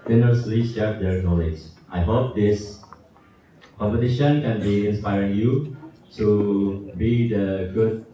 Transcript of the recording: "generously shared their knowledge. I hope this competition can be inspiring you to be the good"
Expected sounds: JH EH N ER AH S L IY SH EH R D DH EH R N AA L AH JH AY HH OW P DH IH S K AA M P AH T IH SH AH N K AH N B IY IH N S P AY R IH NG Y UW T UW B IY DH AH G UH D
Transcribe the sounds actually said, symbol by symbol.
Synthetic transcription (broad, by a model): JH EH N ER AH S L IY S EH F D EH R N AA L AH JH AY HH OW P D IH S K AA M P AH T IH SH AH N K AH N B IY IH N S P AY R IH NG Y UW T UW B IY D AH G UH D